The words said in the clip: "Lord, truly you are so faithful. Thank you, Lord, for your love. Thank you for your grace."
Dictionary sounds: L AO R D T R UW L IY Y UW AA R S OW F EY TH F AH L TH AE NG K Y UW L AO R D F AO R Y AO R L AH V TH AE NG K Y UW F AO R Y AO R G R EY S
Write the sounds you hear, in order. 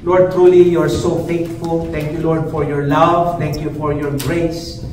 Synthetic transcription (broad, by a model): L AO R D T R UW L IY Y UW AA R S OW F EY T F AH L T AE NG K Y UW L AO R D F AO R Y AO R L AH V T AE NG K Y UW F AO R Y AO R G R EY S